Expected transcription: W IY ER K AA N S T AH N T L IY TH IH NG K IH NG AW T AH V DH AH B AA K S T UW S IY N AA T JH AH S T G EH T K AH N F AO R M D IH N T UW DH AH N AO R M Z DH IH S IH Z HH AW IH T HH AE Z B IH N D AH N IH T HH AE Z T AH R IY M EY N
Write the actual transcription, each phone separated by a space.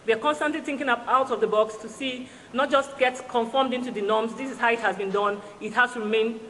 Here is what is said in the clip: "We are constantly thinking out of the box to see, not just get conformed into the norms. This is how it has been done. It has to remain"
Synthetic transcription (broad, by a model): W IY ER K AA N S T AH N T L IY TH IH NG K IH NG AW T AH V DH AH B AA K S T UW S IY N AA T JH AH S T G EH T K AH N F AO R M D IH N T UW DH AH N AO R M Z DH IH S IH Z HH AW IH T HH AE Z B IH N D AH N IH T HH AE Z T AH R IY M EY N